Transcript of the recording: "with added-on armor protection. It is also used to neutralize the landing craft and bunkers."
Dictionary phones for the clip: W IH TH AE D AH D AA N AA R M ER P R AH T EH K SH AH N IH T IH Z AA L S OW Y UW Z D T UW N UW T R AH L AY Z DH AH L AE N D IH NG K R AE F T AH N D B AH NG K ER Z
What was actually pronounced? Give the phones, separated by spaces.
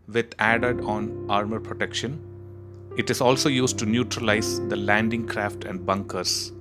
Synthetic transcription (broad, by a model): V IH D AE D AH D AA N AA R M ER P R AH T EH K SH AH N IH T IH Z AA L S OW Y UW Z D T UW N UW T R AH L AY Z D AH L AE N D IH NG K R AE F T AH N D B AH NG K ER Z